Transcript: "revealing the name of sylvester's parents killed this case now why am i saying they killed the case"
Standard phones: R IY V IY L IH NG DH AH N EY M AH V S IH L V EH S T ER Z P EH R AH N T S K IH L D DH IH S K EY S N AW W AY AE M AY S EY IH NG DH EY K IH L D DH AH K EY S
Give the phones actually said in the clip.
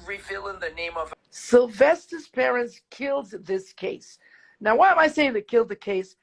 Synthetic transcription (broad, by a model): R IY V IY L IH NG DH AH N EY M AH V S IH L V EH S T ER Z P EH R AH N T S K IH L D DH IH S K EY S N AW W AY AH M AY S EY IH NG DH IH K IH L D DH AH K EY S